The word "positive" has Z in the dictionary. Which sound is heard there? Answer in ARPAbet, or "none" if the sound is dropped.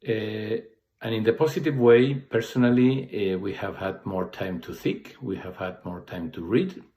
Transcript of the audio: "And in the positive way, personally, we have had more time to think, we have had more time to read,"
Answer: S